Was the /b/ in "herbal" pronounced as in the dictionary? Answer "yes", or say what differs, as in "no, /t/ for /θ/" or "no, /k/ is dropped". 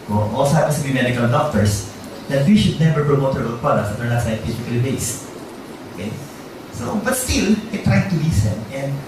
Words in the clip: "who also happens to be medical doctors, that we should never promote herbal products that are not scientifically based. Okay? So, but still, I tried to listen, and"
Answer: no, /b/ is dropped